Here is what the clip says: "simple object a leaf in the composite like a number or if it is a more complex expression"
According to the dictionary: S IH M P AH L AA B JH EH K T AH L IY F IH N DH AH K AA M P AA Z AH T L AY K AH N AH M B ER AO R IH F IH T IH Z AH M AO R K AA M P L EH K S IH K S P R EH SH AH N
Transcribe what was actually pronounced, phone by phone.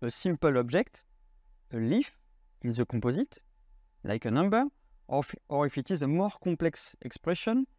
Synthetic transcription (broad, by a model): S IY M P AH L AA B JH EH K T AH L IY F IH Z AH K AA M P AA Z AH T L AY K AH N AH M B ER AO R IH F IH T IH Z AH M AO R K AA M P L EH K S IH K S P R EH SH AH N